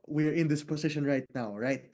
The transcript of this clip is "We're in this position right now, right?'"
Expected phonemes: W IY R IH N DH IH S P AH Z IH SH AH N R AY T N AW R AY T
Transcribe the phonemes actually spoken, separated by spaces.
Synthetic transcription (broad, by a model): W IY R IH N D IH S P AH S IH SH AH N R AY T N AW R AY T